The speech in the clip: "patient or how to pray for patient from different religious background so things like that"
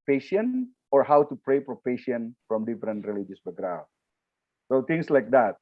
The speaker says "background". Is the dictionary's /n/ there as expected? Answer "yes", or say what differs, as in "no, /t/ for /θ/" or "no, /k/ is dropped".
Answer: no, /n/ is dropped